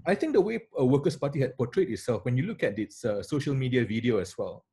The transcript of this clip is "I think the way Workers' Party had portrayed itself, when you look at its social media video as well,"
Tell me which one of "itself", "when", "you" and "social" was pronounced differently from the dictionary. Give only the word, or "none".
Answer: none